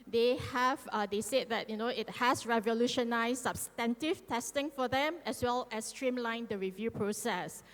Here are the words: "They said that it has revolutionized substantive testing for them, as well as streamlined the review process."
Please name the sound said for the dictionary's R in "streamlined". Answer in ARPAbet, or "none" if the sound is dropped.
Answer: R